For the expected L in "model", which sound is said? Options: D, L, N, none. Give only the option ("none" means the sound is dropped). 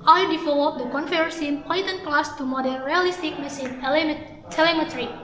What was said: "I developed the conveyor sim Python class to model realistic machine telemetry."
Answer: N